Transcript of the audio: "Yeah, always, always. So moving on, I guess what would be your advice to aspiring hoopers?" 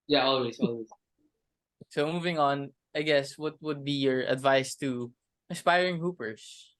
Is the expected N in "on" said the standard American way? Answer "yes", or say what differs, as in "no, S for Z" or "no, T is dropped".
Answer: yes